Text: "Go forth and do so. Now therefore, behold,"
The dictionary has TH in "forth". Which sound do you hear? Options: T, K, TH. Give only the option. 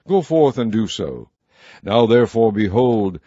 TH